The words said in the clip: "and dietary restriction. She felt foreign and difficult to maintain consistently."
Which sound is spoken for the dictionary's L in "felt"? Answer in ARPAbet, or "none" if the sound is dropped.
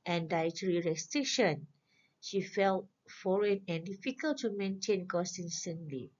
L